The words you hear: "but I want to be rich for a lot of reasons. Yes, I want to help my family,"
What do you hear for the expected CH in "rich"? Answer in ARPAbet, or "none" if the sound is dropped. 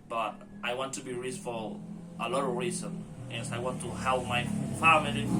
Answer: S